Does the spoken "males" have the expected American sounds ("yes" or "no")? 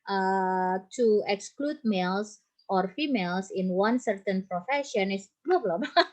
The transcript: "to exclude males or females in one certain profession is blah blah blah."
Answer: no